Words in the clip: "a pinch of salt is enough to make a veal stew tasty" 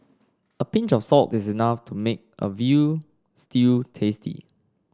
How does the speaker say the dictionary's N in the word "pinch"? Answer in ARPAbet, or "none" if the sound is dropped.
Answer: N